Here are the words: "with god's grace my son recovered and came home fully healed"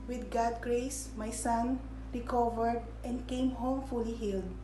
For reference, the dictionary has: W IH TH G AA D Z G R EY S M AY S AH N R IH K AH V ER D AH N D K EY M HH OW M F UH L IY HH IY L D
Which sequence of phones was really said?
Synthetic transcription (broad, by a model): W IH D G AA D G R EY S M AY S AH N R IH K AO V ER D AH N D K EY M HH OW M F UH L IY HH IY L D